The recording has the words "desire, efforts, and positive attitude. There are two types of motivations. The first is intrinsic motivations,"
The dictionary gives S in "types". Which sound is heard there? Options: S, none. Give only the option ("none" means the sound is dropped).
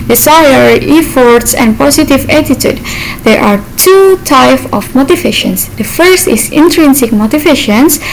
none